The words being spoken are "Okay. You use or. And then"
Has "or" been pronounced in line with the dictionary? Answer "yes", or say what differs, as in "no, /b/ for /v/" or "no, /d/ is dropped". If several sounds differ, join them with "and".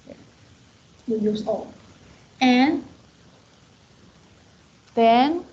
no, /l/ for /ɹ/